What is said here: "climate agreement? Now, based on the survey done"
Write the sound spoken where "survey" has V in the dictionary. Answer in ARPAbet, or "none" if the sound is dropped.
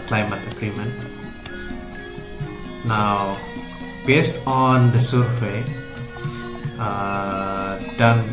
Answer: W